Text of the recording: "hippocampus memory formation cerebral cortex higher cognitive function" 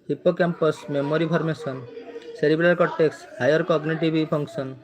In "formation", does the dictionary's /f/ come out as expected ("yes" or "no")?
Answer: no